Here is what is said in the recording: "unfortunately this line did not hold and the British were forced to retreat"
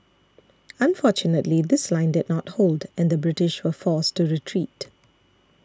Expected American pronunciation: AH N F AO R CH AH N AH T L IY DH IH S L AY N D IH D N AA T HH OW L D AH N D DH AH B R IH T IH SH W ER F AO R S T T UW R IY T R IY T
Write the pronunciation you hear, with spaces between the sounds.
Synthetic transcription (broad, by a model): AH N F AO CH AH N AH T L IY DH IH S L AY N D IH D N AA T HH OW L D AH N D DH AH B R IH T IH SH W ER F AO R S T T UW R IY T R IY T